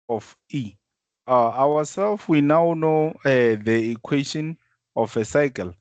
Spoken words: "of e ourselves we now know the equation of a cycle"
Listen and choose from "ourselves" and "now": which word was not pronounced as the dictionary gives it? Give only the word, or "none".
ourselves